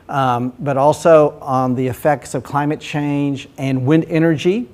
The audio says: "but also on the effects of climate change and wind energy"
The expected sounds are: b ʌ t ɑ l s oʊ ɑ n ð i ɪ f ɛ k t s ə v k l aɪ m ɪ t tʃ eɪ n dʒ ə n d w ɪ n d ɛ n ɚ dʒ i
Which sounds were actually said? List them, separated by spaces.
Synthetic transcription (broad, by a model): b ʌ t ɑ l s oʊ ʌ n ð i ɪ f ɛ k t s ə v k l aɪ m ɪ t tʃ eɪ n dʒ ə n w ɪ n d ɛ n ɚ dʒ i